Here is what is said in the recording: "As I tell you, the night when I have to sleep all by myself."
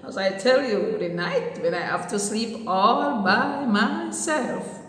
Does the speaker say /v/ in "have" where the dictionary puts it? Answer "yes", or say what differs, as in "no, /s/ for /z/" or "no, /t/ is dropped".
no, /f/ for /v/